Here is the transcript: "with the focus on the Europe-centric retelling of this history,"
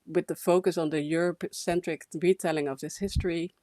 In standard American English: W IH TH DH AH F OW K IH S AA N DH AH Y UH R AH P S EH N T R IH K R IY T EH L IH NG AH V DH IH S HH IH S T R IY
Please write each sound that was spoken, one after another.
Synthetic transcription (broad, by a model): W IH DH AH F OW K IH S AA N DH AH Y UH R AH P S EH N T R IH K R IY T EH L IH NG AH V DH IH S HH IH S T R IY